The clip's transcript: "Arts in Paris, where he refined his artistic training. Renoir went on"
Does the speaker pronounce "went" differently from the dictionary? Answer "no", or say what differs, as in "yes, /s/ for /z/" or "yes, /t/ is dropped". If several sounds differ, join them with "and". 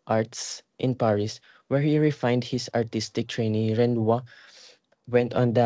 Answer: no